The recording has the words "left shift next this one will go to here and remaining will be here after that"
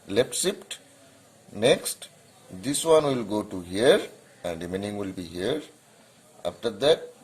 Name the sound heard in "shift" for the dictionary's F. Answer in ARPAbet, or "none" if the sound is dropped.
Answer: P